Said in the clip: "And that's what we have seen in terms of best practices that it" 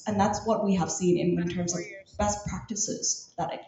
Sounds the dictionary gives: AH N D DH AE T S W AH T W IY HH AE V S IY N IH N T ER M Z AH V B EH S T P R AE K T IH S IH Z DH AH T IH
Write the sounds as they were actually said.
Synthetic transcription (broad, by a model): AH N DH AE T S W AH T W IY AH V S IY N IH N T ER M Z AH V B EH S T P R AE K T IH S IH Z DH AH T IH